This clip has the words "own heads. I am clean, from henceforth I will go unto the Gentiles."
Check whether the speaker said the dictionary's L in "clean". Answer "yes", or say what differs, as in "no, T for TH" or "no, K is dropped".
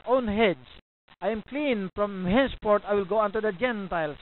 yes